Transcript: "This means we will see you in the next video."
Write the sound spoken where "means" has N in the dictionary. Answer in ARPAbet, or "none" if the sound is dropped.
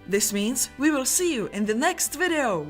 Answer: N